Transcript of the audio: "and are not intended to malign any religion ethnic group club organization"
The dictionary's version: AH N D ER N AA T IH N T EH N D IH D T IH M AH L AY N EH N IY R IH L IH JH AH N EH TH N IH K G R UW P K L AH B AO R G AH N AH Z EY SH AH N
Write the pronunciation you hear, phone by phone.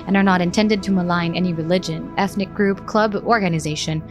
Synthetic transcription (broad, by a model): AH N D ER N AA T IH N T EH N D IH D T IH M AH L AY N EH N IY R IH L IH JH AH N EH TH N IH K G R UW P K L AH B AO R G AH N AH Z EY SH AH N